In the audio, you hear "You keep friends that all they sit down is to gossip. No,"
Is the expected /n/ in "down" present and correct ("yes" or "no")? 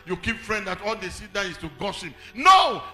no